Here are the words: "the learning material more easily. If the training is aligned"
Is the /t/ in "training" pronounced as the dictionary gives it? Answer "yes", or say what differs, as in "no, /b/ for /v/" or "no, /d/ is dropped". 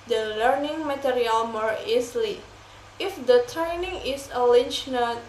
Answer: yes